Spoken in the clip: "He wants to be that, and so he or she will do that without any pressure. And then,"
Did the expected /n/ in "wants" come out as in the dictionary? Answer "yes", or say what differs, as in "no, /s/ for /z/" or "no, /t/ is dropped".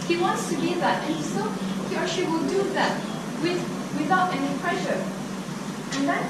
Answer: yes